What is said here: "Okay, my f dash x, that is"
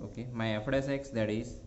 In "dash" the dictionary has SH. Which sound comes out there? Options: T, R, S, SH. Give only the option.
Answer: S